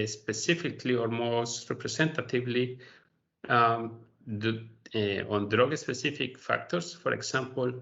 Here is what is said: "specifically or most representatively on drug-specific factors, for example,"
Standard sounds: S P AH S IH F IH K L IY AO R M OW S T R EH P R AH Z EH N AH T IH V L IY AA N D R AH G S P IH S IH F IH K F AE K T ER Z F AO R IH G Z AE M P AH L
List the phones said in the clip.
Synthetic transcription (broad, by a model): S P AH S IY F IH K L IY AO R M OW S T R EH P R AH S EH N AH T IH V L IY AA N D R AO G S P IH S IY F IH K F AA K T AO S F AO R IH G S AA M P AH L